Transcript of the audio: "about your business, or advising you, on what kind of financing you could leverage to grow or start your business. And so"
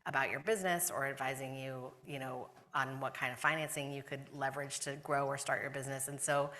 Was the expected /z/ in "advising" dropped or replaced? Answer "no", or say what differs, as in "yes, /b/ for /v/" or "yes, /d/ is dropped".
no